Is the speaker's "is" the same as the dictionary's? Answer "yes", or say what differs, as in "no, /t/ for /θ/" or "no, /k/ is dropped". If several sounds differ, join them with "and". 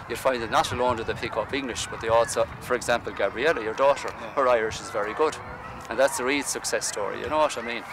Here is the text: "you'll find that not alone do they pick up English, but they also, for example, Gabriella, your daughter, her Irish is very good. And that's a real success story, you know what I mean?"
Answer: yes